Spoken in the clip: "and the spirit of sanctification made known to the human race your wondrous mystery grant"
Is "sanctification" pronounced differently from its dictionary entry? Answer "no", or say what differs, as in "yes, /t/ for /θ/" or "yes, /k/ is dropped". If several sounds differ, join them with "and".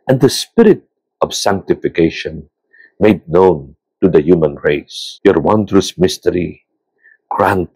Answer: no